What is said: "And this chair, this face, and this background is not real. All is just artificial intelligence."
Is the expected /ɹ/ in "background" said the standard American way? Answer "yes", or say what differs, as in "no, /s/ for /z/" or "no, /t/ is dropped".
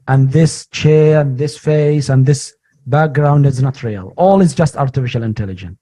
yes